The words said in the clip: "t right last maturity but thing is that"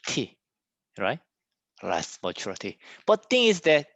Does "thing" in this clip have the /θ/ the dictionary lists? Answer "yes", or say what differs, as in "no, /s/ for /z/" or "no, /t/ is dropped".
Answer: no, /t/ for /θ/